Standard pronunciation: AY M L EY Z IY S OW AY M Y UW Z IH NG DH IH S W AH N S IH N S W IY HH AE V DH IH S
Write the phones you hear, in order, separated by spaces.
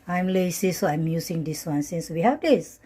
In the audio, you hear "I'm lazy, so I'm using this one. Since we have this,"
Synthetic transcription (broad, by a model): AY M L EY S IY S OW AY M Y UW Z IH NG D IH S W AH N S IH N S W IY HH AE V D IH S